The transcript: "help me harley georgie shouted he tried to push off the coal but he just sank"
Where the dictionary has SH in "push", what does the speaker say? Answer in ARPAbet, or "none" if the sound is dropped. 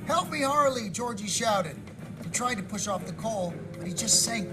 SH